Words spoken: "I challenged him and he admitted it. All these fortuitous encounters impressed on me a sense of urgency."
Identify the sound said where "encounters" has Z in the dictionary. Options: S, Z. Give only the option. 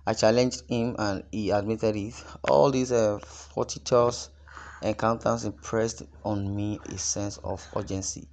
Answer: S